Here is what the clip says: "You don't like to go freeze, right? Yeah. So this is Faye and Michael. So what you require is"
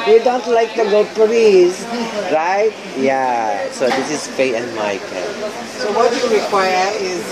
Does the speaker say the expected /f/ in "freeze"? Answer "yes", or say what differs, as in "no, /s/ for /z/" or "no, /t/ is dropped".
no, /p/ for /f/